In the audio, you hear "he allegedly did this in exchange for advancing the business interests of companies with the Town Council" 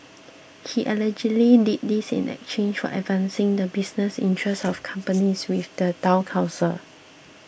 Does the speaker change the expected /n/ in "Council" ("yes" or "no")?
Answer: yes